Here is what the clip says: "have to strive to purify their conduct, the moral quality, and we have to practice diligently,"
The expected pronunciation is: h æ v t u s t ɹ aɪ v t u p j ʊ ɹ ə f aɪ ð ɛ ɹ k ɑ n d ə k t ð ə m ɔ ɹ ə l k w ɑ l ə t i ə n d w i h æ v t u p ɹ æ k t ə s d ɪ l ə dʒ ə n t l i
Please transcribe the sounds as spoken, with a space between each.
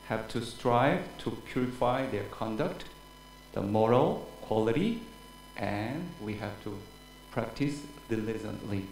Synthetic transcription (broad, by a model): h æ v t u s t ɹ aɪ v t u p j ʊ ɹ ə f aɪ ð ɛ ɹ k ɑ n d ə k t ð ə m ɔ ɹ ə l k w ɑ l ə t i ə n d w i h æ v t u p ɹ æ k t ə s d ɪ l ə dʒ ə n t l i